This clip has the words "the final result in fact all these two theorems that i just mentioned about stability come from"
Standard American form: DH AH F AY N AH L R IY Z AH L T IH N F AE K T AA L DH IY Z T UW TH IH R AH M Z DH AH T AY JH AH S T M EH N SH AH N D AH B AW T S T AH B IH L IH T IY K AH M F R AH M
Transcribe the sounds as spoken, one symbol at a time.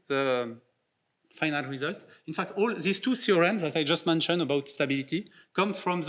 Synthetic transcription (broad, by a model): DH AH F AY N AH L R IY Z AH L T IH N F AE K T AA L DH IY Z T UW S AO R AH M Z DH AH T AY JH AH S T M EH N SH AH N AH B AW T S T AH B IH L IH T IY K AH M F R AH M